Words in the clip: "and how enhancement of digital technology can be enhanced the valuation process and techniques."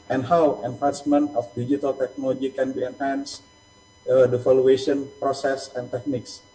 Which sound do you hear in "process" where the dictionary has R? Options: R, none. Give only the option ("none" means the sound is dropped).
R